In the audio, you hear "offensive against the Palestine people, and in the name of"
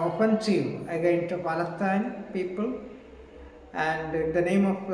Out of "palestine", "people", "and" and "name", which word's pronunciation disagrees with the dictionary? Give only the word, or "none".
palestine